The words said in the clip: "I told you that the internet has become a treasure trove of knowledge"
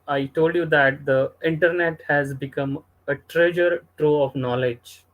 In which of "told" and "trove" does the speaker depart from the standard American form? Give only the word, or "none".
trove